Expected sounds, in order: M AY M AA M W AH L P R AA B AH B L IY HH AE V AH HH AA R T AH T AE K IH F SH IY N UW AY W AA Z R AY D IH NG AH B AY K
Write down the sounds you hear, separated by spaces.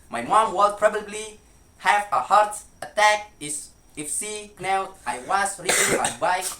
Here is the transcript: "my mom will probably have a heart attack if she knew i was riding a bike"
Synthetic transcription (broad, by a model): M AY M AA M W AH L P R AA B AH B L IY HH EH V AH HH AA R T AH T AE K IH F S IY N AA AY W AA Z R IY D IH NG AH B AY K